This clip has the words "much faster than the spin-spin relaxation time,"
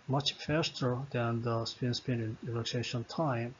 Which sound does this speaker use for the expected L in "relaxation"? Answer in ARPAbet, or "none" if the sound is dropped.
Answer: N